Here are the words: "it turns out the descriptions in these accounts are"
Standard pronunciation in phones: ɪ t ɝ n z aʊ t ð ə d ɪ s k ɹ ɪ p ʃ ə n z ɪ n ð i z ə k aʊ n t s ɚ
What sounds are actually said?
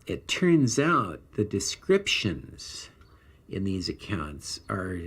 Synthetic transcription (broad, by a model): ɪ t ɝ n z aʊ t ð ə d ɪ s k ɹ ɪ p ʃ ə n z ɪ n ð i z ə k aʊ n t s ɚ